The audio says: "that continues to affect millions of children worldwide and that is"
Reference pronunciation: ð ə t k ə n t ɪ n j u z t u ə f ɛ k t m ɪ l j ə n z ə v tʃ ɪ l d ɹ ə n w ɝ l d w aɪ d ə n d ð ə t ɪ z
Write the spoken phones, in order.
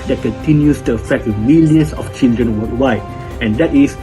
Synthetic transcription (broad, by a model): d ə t k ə n t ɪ n j u s t u ə f ɛ k t m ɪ l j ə n s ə f tʃ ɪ l d ɹ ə n w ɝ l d w aɪ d ə n d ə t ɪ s